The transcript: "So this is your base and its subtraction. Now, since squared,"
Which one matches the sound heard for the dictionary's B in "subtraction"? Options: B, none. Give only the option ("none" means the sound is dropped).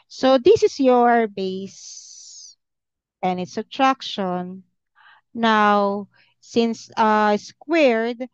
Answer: none